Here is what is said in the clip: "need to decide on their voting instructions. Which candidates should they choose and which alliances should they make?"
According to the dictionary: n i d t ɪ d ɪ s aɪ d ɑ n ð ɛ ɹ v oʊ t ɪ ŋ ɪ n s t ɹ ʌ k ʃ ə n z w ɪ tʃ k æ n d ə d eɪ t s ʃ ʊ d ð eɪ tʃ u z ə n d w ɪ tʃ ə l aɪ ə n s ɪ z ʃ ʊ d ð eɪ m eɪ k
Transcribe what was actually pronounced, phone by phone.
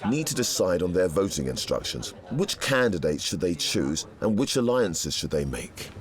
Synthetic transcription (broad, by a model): n i d t ɪ d ɪ s aɪ d n ð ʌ ɹ v oʊ t ɪ ŋ ɪ n s t ɹ ʌ k ʃ ə n z w ɪ tʃ k æ n d ə d eɪ t s ʃ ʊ d ð eɪ tʃ u z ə n w ɪ tʃ ə l aɪ ə n s ɪ z ʃ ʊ d ð eɪ m eɪ k